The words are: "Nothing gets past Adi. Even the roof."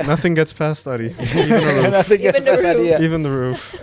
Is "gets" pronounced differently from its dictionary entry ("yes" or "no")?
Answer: no